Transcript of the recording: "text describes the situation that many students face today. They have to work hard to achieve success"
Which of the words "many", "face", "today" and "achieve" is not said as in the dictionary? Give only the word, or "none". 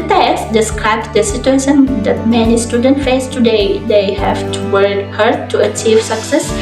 none